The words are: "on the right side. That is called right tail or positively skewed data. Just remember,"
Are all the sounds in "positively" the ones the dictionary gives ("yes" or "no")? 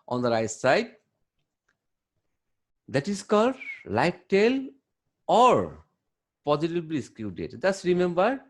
no